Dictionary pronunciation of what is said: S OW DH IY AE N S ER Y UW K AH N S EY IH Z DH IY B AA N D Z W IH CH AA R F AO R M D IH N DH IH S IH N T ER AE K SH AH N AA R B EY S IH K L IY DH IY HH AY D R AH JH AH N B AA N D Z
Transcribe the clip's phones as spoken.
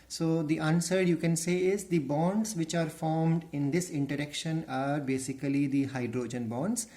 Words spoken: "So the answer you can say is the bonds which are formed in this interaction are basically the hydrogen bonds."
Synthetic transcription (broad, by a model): S OW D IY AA N S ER Y UW K AH N S EY IH Z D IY B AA N D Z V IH CH AA R F AO R M D IH N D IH S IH N T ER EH K SH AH N AA R B EY S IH K L IY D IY HH AY D R AH JH AH N B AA N D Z